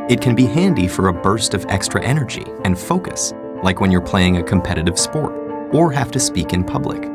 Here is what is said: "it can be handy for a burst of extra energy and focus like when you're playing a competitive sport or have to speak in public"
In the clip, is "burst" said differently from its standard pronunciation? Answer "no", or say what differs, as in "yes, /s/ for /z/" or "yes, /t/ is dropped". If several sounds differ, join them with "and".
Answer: no